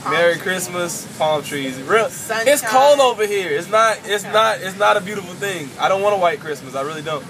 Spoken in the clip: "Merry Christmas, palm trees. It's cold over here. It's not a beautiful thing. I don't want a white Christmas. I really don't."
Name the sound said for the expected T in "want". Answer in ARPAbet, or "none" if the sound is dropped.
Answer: none